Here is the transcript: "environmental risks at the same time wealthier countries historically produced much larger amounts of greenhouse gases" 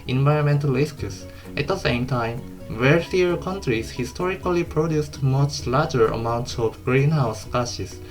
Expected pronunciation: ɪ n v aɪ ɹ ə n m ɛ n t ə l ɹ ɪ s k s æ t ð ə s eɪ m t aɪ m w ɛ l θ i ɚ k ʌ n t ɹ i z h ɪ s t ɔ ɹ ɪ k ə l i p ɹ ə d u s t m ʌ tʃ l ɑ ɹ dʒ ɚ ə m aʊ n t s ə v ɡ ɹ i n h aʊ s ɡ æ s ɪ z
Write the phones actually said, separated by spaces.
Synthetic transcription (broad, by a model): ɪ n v aɪ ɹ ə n m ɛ n t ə l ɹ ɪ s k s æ t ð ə s eɪ m t aɪ m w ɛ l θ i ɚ k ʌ n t ɹ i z h ɪ s t ɔ ɹ ɪ k ə l i p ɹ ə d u s t m ʌ tʃ l ɑ ɹ dʒ ɚ ə m aʊ n t s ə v ɡ ɹ i n h aʊ s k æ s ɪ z